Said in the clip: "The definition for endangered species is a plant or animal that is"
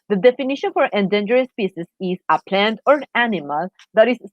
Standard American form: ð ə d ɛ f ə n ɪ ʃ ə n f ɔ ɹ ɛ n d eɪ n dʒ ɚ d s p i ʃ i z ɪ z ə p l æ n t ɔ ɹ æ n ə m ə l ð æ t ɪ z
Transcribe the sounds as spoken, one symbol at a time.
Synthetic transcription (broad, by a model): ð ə d ɛ f ə n ɪ ʃ ə n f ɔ ɹ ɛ n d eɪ n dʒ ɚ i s p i s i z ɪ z ə p l æ n t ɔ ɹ æ n ə m ə l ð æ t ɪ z